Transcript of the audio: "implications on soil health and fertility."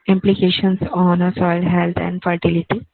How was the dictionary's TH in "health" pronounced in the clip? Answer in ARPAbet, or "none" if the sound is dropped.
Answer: T